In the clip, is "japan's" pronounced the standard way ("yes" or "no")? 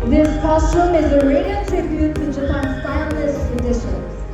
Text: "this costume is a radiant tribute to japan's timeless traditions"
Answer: no